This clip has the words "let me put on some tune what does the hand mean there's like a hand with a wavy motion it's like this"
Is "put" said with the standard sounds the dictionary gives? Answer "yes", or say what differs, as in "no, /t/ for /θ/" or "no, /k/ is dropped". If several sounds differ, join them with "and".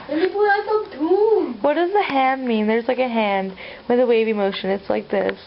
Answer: no, /t/ is dropped